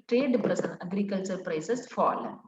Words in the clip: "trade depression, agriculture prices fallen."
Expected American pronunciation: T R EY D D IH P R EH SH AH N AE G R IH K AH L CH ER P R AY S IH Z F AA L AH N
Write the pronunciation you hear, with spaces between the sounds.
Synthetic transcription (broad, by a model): T R EY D D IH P R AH S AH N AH G R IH K AH L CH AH P R AY S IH S F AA L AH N